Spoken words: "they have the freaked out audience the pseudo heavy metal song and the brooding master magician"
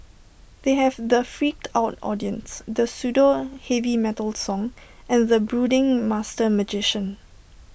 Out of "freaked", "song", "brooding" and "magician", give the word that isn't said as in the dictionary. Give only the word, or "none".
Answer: none